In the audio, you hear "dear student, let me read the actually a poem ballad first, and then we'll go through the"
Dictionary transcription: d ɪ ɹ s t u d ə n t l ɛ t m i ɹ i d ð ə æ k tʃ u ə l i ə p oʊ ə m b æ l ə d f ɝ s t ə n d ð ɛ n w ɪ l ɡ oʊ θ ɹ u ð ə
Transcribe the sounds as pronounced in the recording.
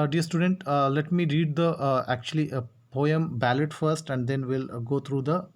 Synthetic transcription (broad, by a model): d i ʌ s t u d ə n t l ɛ t m i ɹ i d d ə æ k tʃ u ə l i p oʊ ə m b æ l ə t f ɝ s t ə n d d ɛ n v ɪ l ɡ oʊ t ɹ u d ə